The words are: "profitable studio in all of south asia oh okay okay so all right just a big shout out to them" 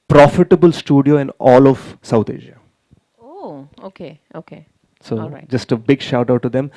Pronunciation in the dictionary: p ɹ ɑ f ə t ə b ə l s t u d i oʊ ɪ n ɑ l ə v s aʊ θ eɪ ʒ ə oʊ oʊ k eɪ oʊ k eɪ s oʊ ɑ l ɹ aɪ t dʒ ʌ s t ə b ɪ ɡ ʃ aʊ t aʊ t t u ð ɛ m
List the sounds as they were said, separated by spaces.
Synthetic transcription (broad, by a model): p ɹ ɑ f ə t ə b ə l s t u d i oʊ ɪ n ɑ l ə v s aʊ t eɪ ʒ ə oʊ oʊ k eɪ oʊ k eɪ s oʊ dʒ ʌ s t ə b ɪ ɡ ʃ aʊ t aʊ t t u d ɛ m